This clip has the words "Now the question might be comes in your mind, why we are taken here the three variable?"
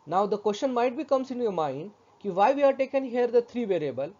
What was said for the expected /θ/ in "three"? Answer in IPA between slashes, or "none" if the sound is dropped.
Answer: /t/